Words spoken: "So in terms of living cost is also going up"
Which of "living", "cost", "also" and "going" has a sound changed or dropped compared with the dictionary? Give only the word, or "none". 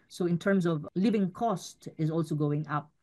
none